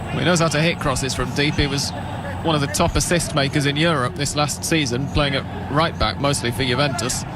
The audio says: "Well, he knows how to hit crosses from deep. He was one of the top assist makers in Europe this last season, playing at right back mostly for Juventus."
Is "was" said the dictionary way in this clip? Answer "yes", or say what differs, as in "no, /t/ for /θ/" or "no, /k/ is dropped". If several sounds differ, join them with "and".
yes